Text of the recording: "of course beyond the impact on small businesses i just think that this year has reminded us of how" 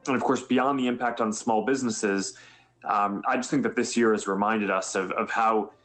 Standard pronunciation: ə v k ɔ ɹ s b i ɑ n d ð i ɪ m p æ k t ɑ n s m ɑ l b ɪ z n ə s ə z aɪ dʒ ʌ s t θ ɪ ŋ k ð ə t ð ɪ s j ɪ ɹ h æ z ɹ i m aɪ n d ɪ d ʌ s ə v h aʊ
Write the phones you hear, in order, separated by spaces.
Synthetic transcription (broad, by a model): ə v k ɔ ɹ s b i ɑ n ð i ɪ m p æ k t n s m ɑ l b ɪ z n ə s ə z aɪ dʒ ʌ s t θ ɪ ŋ k ð ə t ð ɪ s j ɪ ɹ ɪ z ɹ i m aɪ n d ɪ d ʌ s ə v h aʊ